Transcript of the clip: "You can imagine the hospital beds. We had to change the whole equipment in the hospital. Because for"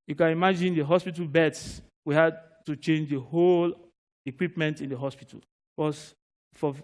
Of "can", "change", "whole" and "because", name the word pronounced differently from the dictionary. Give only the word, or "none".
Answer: because